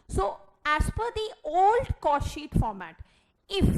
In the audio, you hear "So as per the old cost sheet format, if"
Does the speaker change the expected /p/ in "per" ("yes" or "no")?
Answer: yes